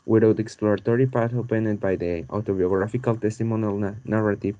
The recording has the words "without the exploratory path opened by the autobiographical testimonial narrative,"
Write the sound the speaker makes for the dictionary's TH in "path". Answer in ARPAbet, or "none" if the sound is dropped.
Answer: T